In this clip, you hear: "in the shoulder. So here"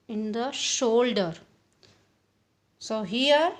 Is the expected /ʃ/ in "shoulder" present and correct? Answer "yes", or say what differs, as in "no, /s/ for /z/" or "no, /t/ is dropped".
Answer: yes